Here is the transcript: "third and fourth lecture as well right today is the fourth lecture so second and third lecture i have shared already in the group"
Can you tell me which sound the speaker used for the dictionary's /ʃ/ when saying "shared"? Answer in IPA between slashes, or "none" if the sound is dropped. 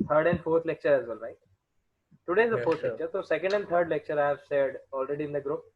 /s/